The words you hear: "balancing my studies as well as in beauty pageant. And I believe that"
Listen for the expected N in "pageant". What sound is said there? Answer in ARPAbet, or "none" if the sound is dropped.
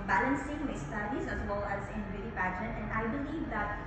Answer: none